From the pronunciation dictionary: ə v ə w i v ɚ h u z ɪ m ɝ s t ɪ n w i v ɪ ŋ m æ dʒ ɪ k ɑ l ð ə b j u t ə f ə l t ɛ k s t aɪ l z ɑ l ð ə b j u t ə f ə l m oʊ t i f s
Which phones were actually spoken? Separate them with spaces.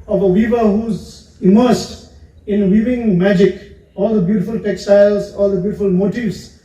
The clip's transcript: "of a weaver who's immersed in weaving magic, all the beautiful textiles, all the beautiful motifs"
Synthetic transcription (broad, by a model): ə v ə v i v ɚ h u z ɪ m ɝ s t ɪ n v i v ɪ ŋ m æ dʒ ɪ k ɑ l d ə b j u t ə f ə l t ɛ k s t aɪ l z ɑ l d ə b j u t ə f ə l m oʊ t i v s